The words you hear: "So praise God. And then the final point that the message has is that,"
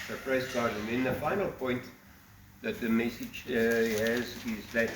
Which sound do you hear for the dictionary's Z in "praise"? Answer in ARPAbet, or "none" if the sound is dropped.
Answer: S